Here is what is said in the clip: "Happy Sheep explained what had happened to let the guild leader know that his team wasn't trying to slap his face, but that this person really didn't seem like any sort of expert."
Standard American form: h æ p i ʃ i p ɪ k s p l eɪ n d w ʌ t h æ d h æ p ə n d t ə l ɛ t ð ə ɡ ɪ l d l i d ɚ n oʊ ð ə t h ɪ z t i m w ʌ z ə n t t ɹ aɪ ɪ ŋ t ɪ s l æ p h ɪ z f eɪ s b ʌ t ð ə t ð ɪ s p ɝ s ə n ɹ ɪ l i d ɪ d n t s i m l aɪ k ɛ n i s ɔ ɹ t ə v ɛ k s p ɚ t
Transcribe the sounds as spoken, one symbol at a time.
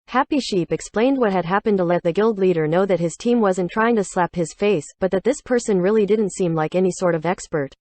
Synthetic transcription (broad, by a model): h æ p i ʃ i p ɪ k s p l eɪ n d w ʌ t h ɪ d h æ p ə n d t ə l ɛ t ð ə ɡ ɪ l d l i d ɚ n oʊ ð ə t h ɪ z t i m w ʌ z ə n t t ɹ aɪ ɪ ŋ t ɪ s l æ p h ɪ z f eɪ s b ʌ t ð ə t ð ɪ s p ɝ s ə n ɹ ɪ l i d ɪ d n t s i m l aɪ k ɛ n i s ɔ ɹ t ə v ɛ k s p ɚ t